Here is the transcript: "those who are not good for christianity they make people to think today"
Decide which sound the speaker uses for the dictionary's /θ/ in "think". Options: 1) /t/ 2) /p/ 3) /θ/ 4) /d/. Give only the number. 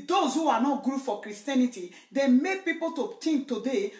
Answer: 1